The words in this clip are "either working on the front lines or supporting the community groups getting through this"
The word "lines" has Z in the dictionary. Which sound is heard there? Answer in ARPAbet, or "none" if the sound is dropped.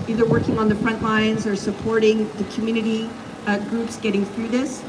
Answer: Z